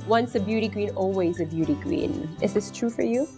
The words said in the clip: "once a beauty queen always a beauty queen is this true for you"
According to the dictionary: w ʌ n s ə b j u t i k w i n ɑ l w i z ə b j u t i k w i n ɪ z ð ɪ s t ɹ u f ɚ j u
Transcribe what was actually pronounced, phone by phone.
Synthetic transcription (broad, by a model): w ʌ n s ə b j u t i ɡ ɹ i n ɑ l w i z ə b j u t i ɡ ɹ i n ɪ z ð ɪ s t ɹ u f ɚ j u